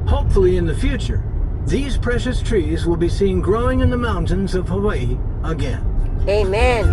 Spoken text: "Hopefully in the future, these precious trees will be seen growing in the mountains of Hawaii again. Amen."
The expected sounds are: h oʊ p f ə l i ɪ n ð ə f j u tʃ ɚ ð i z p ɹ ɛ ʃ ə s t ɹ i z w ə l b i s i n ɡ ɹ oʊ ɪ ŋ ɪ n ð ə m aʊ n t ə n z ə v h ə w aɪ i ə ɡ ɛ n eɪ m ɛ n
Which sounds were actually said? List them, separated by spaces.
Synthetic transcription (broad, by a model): h oʊ p f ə l i ɪ n ð ə f j u tʃ ɚ ð i z p ɹ ɛ ʃ ə s t ɹ i z w ə l b i s i n ɡ ɹ oʊ ɪ ŋ ɪ n ð ə m aʊ n t ə n z ə v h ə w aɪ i ə ɡ ɛ n eɪ m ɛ n